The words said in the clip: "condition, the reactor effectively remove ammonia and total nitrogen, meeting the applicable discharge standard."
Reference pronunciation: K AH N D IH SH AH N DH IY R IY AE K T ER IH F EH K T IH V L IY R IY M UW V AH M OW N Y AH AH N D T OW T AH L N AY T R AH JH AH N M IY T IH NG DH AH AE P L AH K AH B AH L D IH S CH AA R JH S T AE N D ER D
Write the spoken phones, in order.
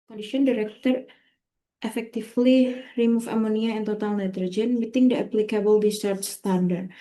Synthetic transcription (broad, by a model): K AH N D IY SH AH N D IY R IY K T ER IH F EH K T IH F L IY R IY M UW F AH M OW N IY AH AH N T OW T AH L N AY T R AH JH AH N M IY T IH NG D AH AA P L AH K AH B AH L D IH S AA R CH S T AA N D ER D